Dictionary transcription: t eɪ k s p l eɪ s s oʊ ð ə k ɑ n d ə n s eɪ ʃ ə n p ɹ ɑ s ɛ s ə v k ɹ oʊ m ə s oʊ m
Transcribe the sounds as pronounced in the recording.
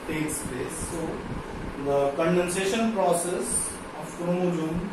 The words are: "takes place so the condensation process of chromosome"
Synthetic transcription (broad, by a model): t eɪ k s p eɪ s s oʊ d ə k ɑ n d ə n s eɪ ʃ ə n p ɹ ɑ s ɛ s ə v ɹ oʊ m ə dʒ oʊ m